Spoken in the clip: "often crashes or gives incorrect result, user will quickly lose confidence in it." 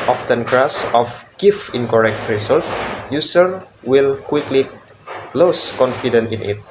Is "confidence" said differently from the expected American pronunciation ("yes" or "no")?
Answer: yes